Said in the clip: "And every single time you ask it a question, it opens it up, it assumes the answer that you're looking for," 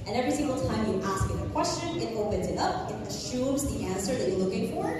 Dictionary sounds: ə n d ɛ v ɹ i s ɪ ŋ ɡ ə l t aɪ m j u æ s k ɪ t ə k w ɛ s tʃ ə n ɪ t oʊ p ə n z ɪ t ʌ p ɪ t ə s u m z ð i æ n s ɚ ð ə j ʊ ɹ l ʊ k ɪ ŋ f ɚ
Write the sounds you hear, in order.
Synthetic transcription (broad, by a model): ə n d ɛ v ɹ i s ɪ ŋ ɡ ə l t aɪ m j æ s k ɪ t ə k w ɛ s tʃ ə n ɪ t oʊ p ə n z ɪ t ʌ p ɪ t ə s u m z ð i æ n s ɚ ð ə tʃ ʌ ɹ l ʊ k ɪ ŋ f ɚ